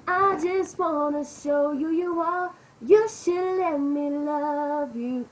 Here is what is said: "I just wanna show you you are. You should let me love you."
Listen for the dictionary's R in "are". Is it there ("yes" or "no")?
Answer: no